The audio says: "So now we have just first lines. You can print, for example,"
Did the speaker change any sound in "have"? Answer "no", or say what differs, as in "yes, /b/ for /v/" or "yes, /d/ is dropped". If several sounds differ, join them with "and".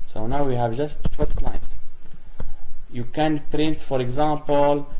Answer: no